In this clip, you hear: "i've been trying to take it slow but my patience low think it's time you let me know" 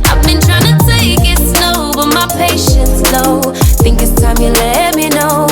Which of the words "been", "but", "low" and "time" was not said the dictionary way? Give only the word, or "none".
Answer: low